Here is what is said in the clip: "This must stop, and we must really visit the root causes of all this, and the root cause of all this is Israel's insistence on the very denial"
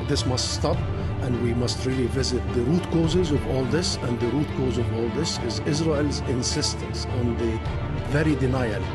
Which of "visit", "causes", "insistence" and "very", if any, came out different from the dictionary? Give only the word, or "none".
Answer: none